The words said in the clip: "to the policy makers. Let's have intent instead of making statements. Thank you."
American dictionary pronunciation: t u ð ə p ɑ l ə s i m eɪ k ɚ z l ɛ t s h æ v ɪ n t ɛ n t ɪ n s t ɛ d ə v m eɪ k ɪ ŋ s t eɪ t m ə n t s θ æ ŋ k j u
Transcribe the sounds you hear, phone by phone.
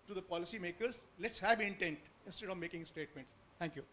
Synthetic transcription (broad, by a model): t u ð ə p ɑ l ə s i m eɪ k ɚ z l ɛ t s h æ v ɪ n t ɛ n t ɪ n s t ɛ d ə v m eɪ k ɪ ŋ s t eɪ t m ə n t s t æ ŋ k j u